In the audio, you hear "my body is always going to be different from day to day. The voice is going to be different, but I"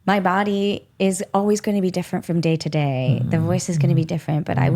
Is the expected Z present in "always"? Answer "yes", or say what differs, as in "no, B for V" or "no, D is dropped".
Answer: yes